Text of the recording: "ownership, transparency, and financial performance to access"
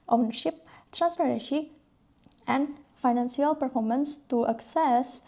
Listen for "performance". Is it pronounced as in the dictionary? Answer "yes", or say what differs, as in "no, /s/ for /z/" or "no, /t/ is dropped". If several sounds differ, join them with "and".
yes